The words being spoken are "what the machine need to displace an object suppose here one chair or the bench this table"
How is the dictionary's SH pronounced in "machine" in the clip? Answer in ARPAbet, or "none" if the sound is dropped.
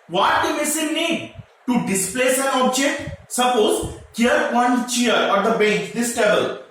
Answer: S